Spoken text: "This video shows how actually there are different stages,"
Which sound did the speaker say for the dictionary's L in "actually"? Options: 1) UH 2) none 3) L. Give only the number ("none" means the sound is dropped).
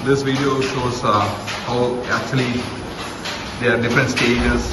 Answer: 2